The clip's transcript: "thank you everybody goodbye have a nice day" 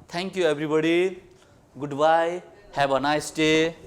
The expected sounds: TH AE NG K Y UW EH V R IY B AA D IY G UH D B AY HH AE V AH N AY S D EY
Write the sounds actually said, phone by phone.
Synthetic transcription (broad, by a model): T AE NG K Y UW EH B R IY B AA D IY G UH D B AY HH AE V AH N AY S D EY